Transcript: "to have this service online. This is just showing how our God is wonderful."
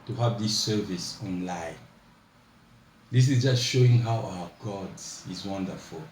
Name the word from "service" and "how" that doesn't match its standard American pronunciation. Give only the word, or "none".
none